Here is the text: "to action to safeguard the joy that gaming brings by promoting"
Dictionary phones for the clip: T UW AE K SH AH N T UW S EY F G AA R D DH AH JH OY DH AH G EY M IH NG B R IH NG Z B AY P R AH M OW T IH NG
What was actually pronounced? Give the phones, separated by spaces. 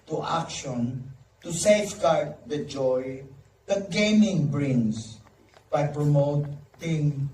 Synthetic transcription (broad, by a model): T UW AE K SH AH N T UW S EY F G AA R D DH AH JH OY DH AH G EY M IH NG B R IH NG S B AY P R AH M OW T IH NG